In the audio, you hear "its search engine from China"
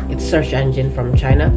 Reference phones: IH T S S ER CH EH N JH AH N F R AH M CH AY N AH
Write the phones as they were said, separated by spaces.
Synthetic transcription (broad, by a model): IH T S S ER SH EH N JH AH N F R AH M CH AY N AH